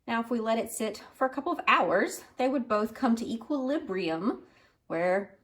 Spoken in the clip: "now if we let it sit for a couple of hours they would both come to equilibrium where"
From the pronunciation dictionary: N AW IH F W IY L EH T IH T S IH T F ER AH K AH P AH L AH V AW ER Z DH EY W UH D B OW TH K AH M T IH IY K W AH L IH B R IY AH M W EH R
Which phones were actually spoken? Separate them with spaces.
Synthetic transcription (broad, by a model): N AW IH F W IY L EH T IH T S IH T F ER AH K AH P L AH V AW ER Z DH EY W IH D B OW TH K AH M T IH IY K W AH L IH B R IY AH M W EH R